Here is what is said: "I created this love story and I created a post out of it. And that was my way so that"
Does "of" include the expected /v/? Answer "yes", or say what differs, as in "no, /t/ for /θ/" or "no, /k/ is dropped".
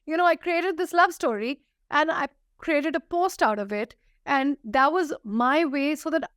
yes